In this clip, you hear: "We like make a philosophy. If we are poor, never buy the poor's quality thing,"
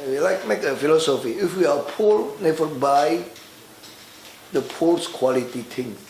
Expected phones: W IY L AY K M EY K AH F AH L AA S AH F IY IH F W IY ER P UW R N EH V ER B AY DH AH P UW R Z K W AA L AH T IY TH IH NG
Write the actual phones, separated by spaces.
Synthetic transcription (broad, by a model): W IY L AY K M EY K AH F AH L AA S AH F IY IH F W IY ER P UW L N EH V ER B AY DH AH P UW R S K W AA L AH T IY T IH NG